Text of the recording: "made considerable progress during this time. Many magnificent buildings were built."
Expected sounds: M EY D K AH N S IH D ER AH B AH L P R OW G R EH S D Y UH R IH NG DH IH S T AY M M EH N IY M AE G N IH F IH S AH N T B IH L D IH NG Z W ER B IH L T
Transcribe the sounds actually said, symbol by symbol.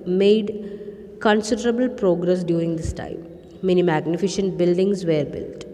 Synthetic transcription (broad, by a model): M EY D K AH N S IH D ER AH B AH L P R OW G R EH S D Y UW R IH NG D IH S T AY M M EH N IY M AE G N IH F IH SH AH N T B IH L D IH NG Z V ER B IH L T